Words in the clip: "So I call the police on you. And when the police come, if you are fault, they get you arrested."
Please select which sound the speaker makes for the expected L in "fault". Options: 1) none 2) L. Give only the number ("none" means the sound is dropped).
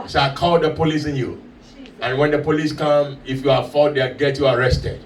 1